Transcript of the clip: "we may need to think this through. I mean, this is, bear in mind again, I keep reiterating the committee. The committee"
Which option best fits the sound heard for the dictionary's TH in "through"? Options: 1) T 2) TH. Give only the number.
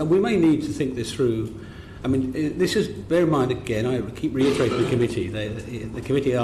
2